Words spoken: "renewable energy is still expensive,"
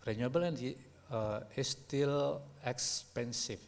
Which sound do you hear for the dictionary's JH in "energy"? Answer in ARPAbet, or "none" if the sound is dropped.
none